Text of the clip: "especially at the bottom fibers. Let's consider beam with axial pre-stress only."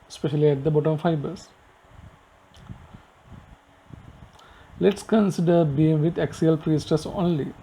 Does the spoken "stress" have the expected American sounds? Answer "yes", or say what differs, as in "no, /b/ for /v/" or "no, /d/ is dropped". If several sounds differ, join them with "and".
no, /ɹ/ is dropped